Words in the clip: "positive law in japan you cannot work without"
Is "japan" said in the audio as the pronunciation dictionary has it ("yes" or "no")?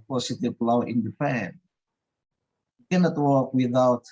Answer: no